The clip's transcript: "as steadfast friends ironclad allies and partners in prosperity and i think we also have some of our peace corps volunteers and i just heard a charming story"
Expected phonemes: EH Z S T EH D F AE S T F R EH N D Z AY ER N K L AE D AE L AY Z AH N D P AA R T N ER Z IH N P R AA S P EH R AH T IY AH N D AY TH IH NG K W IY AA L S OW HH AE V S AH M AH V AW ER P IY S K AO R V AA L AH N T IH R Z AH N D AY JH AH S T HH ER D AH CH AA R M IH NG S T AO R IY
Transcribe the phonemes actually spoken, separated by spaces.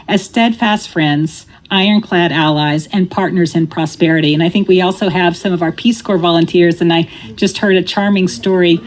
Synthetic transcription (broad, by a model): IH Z S T EH D F AE S T F R EH N D Z AY ER N K L AE D AE L AY Z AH N P AA R T N ER Z IH N P R AA S P EH R AH T IY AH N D AY TH IH NG K W IY AA L S OW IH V S AH M AH V AW ER P IY S K AO R V AA L AH N T IH R Z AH N AY JH AH S T HH ER D AH CH AA R M IH NG S T AO R IY